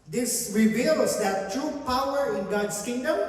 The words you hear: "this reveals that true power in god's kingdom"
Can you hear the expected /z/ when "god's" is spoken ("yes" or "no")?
no